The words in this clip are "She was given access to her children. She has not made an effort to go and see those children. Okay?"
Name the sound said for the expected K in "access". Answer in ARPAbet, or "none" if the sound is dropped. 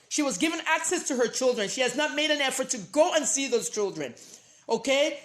K